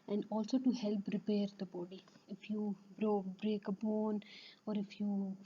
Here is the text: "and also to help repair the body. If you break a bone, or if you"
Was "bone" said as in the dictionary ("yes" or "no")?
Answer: yes